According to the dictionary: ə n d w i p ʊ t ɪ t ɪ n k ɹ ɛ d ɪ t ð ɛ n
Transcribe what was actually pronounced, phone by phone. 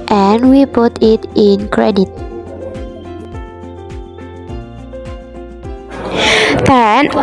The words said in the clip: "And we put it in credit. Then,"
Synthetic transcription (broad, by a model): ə n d w i p ʊ t ɪ t ɪ n k ɹ ɛ d ɪ t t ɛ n